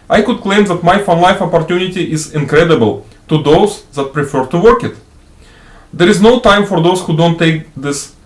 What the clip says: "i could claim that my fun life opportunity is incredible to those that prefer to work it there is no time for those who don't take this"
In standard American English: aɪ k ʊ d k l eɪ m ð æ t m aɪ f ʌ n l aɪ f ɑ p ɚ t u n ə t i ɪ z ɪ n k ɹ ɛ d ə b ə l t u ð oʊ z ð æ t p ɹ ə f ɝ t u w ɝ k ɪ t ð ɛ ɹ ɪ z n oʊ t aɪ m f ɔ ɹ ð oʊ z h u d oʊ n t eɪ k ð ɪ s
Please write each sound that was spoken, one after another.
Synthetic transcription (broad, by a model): aɪ k ʊ d k l eɪ m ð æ t m aɪ f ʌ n l aɪ f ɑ p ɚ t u n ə t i ɪ z ɪ n k ɹ ɛ d ə b ə l t u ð oʊ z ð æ t p ɹ ə f ɝ t u w ɝ k ɪ t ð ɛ ɹ ɪ z n oʊ t aɪ m f ɔ ɹ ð oʊ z h u d oʊ n t eɪ k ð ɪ s